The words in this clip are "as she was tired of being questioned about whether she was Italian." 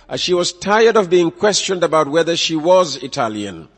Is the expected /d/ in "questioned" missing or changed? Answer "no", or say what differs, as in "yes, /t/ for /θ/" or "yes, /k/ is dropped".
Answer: no